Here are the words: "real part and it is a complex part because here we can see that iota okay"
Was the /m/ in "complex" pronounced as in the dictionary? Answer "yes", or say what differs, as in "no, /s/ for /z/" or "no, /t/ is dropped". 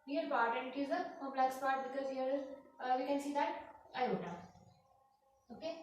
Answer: no, /m/ is dropped